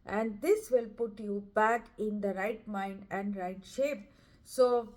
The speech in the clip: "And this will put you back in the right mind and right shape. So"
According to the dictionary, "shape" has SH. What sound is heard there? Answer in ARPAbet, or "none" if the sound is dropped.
SH